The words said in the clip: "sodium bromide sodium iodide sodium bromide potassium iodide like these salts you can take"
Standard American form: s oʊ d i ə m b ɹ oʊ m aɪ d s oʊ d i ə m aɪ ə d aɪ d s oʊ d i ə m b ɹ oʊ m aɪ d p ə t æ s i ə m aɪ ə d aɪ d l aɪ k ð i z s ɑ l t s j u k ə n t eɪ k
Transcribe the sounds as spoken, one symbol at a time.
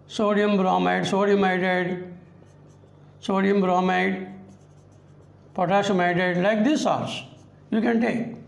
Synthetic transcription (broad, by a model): s oʊ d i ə m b ɹ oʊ m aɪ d s oʊ d i ə m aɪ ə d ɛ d s oʊ d i ə m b ɹ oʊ m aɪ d p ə t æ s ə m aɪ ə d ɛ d l aɪ k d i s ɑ t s j u k ə n t eɪ k